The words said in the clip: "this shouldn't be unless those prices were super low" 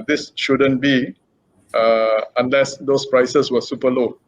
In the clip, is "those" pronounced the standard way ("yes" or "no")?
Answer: no